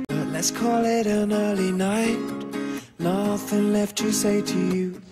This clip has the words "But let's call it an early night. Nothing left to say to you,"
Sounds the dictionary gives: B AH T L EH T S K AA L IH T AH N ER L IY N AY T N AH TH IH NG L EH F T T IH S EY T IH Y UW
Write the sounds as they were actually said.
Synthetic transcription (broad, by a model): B AH T L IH T S K AA L IH T AH N ER L IY N AY T N AH TH IH NG L EH F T T IH S EY T IH Y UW